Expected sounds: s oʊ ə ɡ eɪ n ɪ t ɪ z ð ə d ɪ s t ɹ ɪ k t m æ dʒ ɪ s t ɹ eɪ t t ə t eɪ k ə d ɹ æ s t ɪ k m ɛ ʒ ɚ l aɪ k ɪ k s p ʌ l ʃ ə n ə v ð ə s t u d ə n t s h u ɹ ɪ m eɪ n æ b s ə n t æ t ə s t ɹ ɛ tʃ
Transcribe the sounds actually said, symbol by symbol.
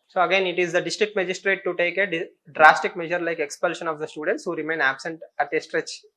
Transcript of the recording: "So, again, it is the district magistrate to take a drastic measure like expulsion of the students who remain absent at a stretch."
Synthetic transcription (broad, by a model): s oʊ ə ɡ eɪ n ɪ t ɪ z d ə d ɪ s t ɹ ɪ k t m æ dʒ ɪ s t ɹ eɪ t t ə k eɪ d ə d ɹ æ s t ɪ k m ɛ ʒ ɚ l aɪ k ɪ k s p ʌ l ʃ ə n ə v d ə s t u d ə n t s h u ɹ ɪ m eɪ n æ b s ə n t æ t ə s t ɹ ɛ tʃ